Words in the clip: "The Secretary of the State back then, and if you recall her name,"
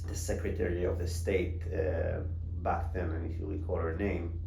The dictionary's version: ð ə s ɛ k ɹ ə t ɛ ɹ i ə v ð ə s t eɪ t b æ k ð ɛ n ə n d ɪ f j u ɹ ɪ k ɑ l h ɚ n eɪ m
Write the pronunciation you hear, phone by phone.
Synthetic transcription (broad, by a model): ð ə s ɛ k ɹ ə t ɛ ɹ i ə v ð ə s t eɪ t b æ k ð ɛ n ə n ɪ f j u l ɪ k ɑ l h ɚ n eɪ m